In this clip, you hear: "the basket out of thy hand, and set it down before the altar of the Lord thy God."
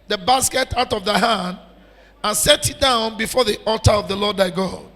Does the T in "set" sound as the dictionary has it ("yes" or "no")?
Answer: yes